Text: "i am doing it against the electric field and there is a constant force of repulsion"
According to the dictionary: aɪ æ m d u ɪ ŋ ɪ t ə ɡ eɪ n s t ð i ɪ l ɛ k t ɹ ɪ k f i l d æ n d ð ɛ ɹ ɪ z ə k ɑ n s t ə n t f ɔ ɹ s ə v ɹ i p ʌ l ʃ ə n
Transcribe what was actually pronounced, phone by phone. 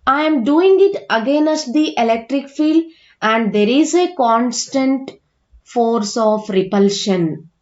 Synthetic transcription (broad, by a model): aɪ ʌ m d u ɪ ŋ ɪ t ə ɡ eɪ n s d i ɪ l ɛ k t ɹ ɪ k f i l d æ n d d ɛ ɹ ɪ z ə k ɑ n s t ə n t f ɔ ɹ s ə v ɹ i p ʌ l ʃ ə n